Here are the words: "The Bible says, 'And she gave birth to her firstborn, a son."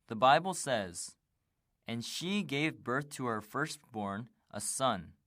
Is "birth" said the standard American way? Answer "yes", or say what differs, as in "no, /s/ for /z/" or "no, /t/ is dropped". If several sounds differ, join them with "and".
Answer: yes